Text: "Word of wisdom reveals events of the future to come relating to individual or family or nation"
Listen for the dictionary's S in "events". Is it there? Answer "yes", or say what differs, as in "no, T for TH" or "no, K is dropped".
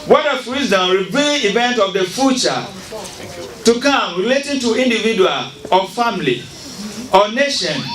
no, S is dropped